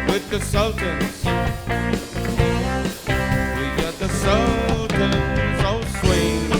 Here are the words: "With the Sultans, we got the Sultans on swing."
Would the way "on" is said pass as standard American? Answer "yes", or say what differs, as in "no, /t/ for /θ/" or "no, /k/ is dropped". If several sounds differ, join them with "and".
no, /l/ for /n/